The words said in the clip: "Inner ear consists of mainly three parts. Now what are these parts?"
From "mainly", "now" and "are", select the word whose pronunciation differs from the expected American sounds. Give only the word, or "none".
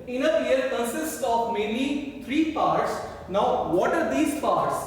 mainly